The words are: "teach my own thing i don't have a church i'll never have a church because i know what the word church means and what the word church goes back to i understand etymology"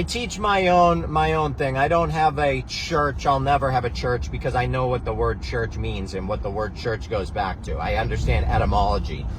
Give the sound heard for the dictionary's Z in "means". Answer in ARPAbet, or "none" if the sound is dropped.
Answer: Z